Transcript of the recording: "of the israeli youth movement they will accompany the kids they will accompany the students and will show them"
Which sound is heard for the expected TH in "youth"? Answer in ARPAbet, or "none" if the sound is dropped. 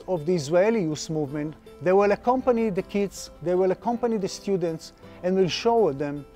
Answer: S